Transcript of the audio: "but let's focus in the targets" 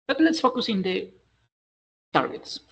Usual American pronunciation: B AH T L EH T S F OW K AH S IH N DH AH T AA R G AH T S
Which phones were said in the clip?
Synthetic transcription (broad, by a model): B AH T N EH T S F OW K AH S IH N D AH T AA R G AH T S